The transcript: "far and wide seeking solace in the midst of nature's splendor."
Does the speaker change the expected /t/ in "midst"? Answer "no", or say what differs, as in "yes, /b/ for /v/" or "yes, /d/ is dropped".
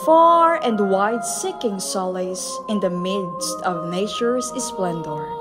no